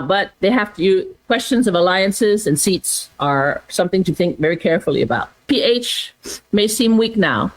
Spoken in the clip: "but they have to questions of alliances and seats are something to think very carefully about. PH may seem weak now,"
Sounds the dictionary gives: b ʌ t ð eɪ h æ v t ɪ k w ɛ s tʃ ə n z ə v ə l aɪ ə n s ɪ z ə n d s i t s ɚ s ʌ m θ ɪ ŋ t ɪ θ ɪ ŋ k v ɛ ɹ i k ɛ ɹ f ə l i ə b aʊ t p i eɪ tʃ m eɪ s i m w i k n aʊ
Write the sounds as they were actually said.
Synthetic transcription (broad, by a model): b ʌ t ð eɪ h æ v t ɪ k w ɛ s tʃ ə n z ə v ə l aɪ ə n s ɪ z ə n s i t s ɚ s ʌ m θ ɪ ŋ t ɪ θ ɪ ŋ k v ɛ ɹ i k ɛ ɹ f l i ə b aʊ t p i eɪ tʃ m eɪ s i m w i k n aʊ